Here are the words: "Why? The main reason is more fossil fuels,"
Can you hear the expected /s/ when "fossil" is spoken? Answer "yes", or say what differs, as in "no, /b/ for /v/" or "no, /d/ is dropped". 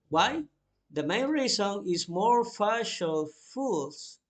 no, /ʃ/ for /s/